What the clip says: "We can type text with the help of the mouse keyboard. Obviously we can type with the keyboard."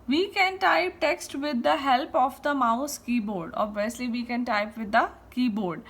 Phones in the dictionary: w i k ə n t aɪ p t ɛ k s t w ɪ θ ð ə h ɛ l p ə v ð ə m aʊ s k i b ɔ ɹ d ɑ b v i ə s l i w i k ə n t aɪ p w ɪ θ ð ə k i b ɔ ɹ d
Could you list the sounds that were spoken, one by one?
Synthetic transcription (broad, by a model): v i k ə n t aɪ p t ɛ k s t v ɪ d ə h ɛ l p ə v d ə m aʊ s k i b ɔ ɹ d ɑ b v i ə s l i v i k ə n t aɪ p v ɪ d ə k i b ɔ ɹ d